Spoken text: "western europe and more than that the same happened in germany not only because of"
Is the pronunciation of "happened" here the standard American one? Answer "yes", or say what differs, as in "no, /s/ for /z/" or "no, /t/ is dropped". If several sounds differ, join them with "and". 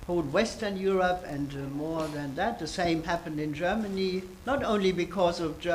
yes